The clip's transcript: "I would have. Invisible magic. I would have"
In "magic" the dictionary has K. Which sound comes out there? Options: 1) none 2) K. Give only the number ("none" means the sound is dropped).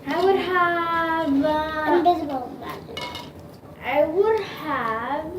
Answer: 1